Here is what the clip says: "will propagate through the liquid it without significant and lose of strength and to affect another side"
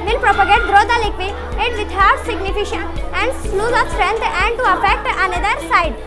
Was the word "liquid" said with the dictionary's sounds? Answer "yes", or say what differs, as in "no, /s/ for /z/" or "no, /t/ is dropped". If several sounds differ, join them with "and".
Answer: no, /d/ is dropped